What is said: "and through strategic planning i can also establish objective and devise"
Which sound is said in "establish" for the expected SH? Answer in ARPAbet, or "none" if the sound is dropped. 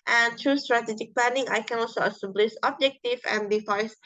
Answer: S